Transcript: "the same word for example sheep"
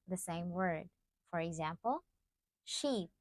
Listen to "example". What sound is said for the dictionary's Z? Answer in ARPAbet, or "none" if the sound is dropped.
Z